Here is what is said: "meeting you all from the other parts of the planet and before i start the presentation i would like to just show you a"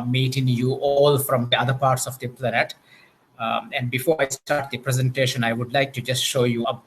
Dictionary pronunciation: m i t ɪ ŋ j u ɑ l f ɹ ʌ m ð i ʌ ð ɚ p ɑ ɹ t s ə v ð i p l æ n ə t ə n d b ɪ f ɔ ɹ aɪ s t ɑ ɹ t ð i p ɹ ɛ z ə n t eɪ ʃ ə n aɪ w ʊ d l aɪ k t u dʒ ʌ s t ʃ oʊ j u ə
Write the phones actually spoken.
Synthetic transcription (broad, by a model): m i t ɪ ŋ j u ɑ l f ɹ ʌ m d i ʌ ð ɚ p ɑ ɹ t s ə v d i p l æ n ə t ə n d b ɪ f ɔ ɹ aɪ s t ɑ ɹ t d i p ɹ ɛ z ə n t eɪ ʃ ə n aɪ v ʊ d l aɪ k t u dʒ ʌ s t ʃ oʊ j u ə